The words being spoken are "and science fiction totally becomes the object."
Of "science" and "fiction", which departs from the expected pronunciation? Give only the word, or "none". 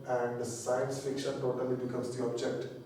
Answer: none